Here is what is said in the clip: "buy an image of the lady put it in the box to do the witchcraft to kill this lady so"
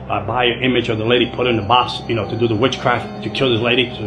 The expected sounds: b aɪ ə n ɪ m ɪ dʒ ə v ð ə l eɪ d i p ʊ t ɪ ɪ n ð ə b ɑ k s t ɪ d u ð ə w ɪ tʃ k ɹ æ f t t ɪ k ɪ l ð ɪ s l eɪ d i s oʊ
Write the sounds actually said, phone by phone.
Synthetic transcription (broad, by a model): b aɪ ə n ɪ m ɪ dʒ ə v ð ə l eɪ d i p ʊ t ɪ ɪ n ð ə b ɑ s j t ɪ d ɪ ð ə w ɪ tʃ k ɹ æ f t t ɪ k ɪ l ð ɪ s l eɪ d i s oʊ